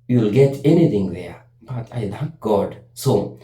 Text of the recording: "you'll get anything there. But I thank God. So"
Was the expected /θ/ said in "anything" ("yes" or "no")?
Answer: no